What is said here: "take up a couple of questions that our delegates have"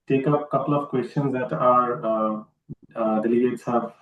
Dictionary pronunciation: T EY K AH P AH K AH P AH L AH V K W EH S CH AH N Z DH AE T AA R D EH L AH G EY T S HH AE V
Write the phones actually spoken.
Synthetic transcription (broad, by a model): T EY K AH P K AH P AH L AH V K W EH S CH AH N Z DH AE T AA R D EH L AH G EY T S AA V